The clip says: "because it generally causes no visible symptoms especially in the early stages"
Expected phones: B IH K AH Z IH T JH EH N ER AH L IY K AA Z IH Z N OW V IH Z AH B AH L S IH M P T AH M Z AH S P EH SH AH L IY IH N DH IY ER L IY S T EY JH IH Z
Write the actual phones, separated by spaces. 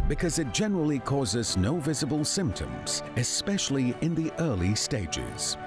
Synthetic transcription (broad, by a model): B IH K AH Z IH T JH EH N ER AH L IY K AA Z IH Z N OW V IH Z AH B AH L S IH M P T AH M Z AH S P EH SH AH L IY IH N DH IY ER L IY S T EY JH IH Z